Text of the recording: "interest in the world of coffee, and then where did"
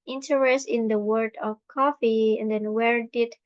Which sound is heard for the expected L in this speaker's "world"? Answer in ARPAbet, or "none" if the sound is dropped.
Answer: none